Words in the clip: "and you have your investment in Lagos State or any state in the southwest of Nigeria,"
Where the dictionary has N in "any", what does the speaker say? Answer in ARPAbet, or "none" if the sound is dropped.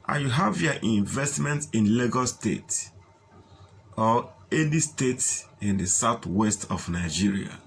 L